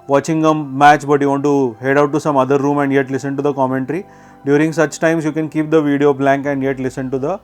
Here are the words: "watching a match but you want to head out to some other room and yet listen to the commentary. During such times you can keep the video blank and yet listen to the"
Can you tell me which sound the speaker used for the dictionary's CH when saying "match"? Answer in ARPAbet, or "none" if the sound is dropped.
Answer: CH